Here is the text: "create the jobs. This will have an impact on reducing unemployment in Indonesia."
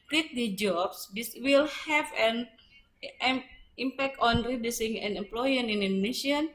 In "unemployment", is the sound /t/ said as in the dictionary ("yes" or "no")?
no